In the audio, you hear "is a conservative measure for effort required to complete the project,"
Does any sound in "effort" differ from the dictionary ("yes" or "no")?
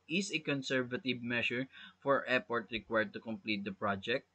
yes